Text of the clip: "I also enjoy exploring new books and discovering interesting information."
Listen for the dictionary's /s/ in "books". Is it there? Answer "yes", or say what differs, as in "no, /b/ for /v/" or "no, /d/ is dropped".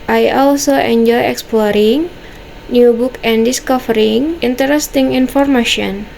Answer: no, /s/ is dropped